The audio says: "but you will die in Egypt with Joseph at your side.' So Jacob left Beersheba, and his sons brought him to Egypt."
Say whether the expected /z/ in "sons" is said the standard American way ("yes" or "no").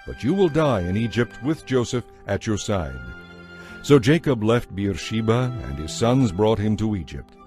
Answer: yes